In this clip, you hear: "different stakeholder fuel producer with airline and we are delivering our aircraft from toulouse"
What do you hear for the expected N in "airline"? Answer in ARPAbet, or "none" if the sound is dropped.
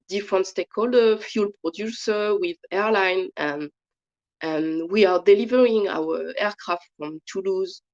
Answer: N